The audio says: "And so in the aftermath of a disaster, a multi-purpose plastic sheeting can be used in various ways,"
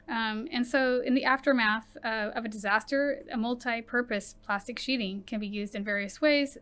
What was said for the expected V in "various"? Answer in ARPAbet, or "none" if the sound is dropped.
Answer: V